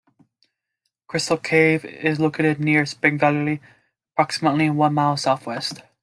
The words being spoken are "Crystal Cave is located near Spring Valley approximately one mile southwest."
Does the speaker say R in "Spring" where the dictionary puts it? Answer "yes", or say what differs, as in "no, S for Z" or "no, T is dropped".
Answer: no, R is dropped